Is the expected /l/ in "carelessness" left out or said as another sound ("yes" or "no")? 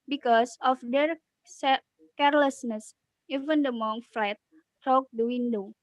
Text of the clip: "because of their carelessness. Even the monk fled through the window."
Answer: no